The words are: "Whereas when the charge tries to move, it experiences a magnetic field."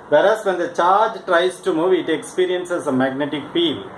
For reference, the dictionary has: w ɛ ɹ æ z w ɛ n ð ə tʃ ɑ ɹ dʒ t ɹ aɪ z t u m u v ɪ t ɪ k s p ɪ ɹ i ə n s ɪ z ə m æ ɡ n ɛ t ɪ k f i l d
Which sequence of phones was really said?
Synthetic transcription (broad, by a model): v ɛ ɹ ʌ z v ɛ n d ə tʃ ɑ ɹ dʒ t ɹ aɪ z t u m u v ɪ t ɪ k s p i ɹ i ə n s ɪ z ə m æ ɡ n ɛ t ɪ k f i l